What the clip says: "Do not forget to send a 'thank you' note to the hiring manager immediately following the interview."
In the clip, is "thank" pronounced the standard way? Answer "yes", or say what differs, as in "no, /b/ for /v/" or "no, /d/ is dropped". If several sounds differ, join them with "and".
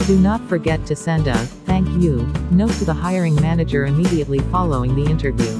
yes